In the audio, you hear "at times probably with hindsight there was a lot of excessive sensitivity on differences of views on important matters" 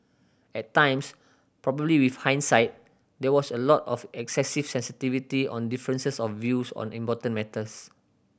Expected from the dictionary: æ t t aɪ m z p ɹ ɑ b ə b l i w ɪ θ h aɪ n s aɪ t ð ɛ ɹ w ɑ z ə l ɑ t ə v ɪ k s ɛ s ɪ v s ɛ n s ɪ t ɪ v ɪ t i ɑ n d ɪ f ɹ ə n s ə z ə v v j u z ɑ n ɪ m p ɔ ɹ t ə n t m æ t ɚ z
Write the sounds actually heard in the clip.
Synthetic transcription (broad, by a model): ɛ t t aɪ m s p ɹ ɑ b ə b l i w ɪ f h aɪ n s aɪ t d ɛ w ɑ s ə l ɑ t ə f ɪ k s ɛ s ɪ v s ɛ n s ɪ t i v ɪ t i ɑ n d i f ɹ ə n s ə s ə f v j u s ɑ n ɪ m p ɔ t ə n m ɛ t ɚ s